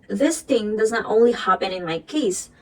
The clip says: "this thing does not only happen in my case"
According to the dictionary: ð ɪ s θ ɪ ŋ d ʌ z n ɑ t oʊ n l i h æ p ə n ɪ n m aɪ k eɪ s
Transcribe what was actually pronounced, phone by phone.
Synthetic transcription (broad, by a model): ð ɪ s θ ɪ ŋ d ʌ z n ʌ t oʊ n l i h æ p ə n ɪ n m aɪ k eɪ s